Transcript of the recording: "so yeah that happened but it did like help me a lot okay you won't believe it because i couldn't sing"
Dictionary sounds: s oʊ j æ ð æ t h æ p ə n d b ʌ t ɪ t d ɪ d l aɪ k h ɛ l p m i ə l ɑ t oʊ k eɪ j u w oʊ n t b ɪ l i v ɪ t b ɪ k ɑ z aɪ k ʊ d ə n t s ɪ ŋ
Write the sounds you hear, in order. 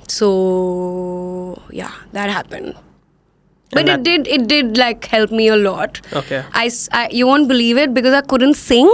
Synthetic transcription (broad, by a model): s oʊ j æ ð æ t h æ p ə n d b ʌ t ɪ t d ɪ d l aɪ k h ɛ l p m i ə l ɑ t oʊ k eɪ j u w oʊ n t b ɪ l i v ɪ t b ɪ k ɑ z aɪ k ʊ d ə n t s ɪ ŋ